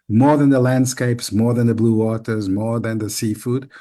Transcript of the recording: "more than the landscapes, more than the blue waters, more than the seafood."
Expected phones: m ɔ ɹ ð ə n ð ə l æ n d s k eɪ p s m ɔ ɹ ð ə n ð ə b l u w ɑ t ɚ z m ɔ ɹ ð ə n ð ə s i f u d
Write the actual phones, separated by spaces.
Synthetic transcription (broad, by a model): m ɔ ɹ ð ə n ð ə l æ n d s k eɪ p s m ɔ ɹ ð ə n ð ə b l u w ɑ t ɚ z m ɔ ɹ ð ə n ð ə s i f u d